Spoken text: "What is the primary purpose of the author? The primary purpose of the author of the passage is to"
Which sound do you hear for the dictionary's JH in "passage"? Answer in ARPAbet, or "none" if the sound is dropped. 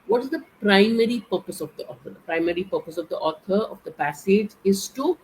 JH